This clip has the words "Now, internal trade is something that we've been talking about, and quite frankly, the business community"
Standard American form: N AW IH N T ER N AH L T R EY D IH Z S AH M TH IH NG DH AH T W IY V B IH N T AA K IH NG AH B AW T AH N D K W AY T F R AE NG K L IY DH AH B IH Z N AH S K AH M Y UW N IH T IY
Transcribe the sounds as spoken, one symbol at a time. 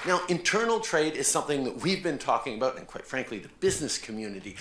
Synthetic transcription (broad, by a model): N AW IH N T ER N L T R EY D IH Z S AH M TH IH NG DH AH T W IY V B IH N T AA K IH NG AH B AW T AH N K W AY T F R AE NG K L IY DH AH B IH Z N AH S K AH M Y UW N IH T IY